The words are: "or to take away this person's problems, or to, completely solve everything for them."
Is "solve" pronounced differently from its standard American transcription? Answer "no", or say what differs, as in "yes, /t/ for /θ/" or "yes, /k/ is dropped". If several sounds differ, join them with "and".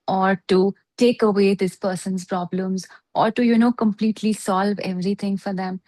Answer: no